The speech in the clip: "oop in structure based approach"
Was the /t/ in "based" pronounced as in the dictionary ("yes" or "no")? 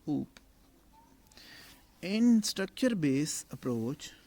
no